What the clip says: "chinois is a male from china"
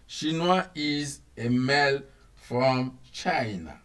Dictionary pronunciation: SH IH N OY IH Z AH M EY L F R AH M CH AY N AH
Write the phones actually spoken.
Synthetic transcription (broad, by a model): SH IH N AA IH Z AH M EY L F R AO M CH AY N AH